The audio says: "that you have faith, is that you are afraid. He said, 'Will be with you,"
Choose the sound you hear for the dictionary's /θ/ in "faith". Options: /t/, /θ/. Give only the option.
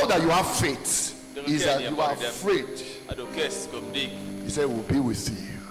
/t/